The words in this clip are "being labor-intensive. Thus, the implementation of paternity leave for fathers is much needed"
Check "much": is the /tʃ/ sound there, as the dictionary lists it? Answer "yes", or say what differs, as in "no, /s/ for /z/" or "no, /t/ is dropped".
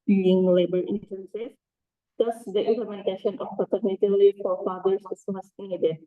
no, /s/ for /tʃ/